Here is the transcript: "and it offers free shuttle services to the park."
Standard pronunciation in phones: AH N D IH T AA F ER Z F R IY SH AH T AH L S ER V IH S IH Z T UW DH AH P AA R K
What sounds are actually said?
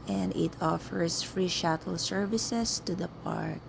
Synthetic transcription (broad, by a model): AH N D IH T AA F ER S F R IY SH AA T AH L S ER V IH S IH S T UW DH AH P AA R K